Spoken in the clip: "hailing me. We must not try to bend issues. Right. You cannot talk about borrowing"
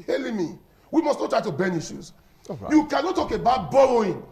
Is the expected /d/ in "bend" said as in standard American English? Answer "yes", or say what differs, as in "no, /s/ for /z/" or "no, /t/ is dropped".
no, /d/ is dropped